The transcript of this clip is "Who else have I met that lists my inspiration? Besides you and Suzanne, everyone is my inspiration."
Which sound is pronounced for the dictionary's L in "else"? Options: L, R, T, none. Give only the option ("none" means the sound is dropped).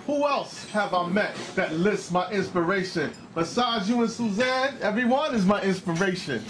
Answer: L